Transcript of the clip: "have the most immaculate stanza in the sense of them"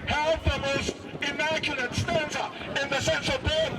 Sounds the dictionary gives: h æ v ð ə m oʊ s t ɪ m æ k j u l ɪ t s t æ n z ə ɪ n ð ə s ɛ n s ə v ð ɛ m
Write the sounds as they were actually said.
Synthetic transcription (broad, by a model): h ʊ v ð ə m oʊ s t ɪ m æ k j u l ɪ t s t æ n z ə ɪ n ð ə s ɛ n s ə v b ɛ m